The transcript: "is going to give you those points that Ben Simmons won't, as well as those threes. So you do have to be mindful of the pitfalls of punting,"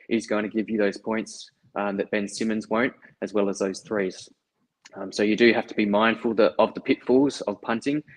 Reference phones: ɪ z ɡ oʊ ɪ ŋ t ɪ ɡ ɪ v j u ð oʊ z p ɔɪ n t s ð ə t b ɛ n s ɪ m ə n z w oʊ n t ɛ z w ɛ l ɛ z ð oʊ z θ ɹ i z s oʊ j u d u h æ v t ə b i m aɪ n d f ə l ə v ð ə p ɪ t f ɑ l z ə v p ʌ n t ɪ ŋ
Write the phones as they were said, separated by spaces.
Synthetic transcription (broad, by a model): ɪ z ɡ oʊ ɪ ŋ t ɪ ɡ ɪ v j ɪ ð oʊ z p ɔɪ n t s ð ə t b ɛ n s ɪ m ə n z w oʊ n t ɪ z w ɛ l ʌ z ð oʊ z θ ɹ i z s oʊ j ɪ d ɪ h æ f t ə b i m aɪ n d f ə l ə v ð ə p ɪ t f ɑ l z ə v p ʌ n t ɪ ŋ